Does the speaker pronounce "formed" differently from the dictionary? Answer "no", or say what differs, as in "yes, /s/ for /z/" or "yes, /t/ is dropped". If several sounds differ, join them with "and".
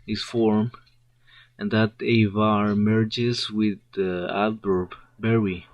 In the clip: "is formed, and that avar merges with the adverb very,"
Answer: yes, /d/ is dropped